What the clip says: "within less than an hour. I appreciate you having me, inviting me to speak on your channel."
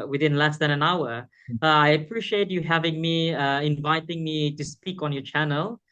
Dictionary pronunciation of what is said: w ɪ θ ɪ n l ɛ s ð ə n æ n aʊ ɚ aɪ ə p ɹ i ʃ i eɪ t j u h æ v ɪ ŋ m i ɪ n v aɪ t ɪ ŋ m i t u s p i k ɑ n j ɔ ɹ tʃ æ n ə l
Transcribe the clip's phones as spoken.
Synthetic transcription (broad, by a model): w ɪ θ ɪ n l ɛ s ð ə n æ n aʊ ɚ aɪ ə p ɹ i ʃ i eɪ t j u h æ v ɪ ŋ m i ɪ n v aɪ t ɪ ŋ m i t u s p i k ɑ n j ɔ tʃ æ n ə l